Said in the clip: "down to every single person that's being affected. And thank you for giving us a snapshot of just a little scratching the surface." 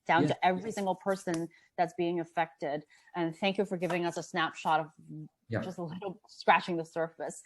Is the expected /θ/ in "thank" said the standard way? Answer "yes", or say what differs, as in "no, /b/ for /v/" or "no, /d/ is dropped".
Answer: yes